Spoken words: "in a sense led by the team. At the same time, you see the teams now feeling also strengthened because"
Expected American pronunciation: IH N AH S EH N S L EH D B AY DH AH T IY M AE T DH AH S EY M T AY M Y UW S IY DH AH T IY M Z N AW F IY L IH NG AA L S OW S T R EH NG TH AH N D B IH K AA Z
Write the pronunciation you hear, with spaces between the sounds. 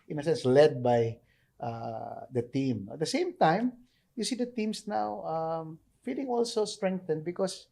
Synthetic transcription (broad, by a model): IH N AH S EH N S L EH D B AY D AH T IY M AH T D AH S EY M T AY M Y UW S IY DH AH T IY M S N AW F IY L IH NG AA L S OW S T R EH NG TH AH N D B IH K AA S